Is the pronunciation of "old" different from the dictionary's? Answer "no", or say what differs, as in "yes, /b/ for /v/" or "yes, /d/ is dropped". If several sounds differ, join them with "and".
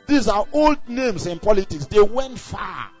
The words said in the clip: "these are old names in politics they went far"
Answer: no